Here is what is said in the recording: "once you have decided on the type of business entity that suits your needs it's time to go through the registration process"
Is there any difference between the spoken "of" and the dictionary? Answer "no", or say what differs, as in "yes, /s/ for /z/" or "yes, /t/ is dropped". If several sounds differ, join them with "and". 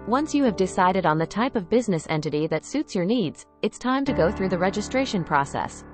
no